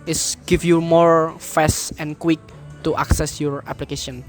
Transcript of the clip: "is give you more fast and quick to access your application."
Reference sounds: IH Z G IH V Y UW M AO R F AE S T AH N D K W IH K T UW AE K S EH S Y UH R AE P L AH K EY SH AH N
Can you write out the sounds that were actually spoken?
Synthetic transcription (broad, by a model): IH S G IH F Y UW M AO R F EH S AH N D K W IH K T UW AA K S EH S Y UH R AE P L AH K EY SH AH N